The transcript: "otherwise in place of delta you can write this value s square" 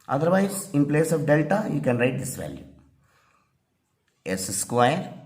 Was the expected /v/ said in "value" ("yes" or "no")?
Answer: yes